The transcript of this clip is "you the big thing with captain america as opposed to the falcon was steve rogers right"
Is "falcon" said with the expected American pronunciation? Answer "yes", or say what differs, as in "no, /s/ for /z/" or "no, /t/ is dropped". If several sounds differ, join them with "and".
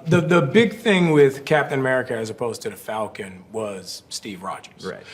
yes